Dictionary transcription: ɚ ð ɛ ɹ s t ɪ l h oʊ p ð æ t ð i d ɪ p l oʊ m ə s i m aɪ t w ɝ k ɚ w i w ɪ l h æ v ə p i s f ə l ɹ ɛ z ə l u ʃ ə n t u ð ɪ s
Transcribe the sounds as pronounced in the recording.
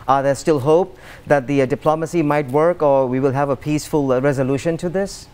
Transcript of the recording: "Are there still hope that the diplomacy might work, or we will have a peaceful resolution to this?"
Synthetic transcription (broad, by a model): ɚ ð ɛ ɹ s t ɪ l h oʊ p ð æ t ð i d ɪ p l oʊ m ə s i m aɪ t w ɝ k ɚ w i w ɪ l h æ v ə p i s f ə l ɹ ɛ z ə l u ʃ ə n t u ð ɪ s